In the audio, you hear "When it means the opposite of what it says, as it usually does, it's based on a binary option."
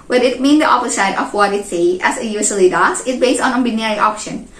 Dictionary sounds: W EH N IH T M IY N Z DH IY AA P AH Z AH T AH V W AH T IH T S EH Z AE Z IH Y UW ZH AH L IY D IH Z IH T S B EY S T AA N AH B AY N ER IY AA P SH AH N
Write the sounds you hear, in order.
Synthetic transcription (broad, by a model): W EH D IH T M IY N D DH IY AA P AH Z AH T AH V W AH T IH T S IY AE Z IH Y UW S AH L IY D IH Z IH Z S B EY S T AA N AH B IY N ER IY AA P SH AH N